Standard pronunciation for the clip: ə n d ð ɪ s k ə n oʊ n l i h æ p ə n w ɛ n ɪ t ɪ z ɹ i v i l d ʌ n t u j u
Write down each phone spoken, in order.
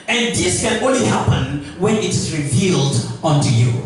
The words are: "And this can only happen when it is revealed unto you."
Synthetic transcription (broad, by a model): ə n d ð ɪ s k ə n oʊ n l i h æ p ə n w ɛ n ɪ t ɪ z ɹ i v i l d ʌ n t u j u